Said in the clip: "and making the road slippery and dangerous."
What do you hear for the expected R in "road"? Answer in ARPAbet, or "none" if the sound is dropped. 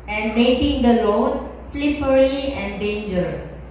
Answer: L